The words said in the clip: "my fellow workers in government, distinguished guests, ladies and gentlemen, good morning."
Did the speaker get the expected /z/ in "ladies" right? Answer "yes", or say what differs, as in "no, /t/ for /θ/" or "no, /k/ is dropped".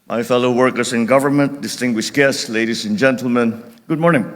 no, /s/ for /z/